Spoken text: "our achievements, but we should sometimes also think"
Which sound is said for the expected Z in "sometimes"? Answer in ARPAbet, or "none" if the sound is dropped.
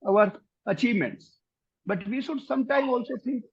none